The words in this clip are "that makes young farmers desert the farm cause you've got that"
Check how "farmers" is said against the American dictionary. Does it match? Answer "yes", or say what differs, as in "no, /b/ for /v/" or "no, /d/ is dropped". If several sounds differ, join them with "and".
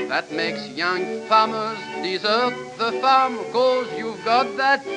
yes